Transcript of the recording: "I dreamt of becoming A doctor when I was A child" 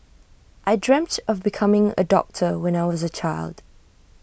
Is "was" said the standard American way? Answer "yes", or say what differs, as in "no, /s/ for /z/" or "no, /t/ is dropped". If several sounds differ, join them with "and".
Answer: yes